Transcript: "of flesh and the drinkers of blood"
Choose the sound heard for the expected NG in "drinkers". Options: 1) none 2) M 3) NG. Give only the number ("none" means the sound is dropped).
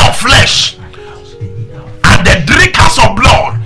1